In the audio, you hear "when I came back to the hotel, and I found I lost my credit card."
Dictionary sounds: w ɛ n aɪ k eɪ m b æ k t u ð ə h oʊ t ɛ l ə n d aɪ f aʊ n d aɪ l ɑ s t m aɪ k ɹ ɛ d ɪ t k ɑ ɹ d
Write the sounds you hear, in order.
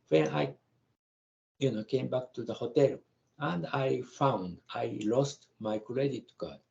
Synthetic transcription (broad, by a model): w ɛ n aɪ k eɪ m b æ k t u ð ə h oʊ t ɛ l ə n d aɪ f aʊ n d aɪ l ɑ s t m aɪ k l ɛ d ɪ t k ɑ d